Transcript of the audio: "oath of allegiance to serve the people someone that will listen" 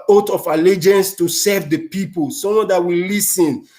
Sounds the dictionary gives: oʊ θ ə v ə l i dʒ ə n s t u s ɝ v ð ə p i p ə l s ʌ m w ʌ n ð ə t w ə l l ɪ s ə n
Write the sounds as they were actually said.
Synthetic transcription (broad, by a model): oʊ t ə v ə l i dʒ ə n s t u s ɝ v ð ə p i p ə l s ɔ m w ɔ n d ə t w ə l l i s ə n